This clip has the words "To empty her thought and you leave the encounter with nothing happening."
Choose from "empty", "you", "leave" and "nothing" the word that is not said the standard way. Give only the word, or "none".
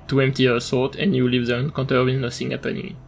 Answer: nothing